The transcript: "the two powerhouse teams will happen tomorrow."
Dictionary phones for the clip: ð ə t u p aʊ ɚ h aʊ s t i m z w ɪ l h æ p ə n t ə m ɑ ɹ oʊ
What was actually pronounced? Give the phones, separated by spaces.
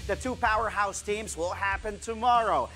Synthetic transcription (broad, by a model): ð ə t u p aʊ ɚ h aʊ s t i m z w ɪ l h æ p ə n t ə m ɑ ɹ oʊ